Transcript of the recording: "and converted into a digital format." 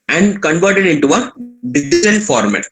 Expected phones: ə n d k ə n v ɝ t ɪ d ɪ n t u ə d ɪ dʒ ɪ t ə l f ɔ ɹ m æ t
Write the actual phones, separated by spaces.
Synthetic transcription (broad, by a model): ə n d k ə n v ɝ t ɪ d ɪ n t u ə d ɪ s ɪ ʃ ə n f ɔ ɹ m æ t